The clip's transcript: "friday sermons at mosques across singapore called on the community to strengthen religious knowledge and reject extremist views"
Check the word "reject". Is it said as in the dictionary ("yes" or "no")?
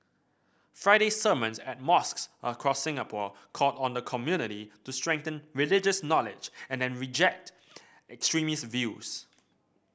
yes